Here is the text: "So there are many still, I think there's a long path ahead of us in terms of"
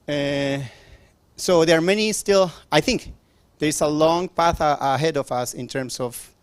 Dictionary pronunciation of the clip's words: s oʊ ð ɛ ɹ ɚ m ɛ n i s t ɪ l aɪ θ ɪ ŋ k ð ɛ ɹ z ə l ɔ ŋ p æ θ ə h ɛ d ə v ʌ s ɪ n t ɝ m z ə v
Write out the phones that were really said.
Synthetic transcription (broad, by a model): s oʊ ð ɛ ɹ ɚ m ɛ n i s t ɪ l aɪ θ ɪ ŋ k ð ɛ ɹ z ə l ɔ ŋ p æ θ ə h ɛ d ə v ʌ s ɪ n t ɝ m s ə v